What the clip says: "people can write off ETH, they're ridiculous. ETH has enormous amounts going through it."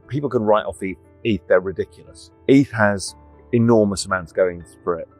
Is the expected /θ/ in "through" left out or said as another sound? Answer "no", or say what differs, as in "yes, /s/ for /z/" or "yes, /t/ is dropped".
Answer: yes, /f/ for /θ/